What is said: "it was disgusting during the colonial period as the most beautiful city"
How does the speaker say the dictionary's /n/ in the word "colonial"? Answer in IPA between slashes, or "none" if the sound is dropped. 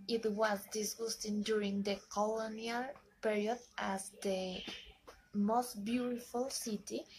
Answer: /n/